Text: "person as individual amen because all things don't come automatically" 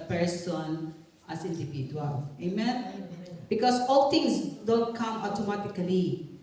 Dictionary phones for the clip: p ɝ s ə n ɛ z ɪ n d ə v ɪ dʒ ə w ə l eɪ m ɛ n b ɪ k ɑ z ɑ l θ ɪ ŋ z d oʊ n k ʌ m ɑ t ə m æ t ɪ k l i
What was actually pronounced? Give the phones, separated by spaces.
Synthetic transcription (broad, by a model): p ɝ s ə n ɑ s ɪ n d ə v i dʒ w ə l eɪ m ɛ n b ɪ k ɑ s ɑ l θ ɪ ŋ s d oʊ n k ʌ m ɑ t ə m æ t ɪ k l i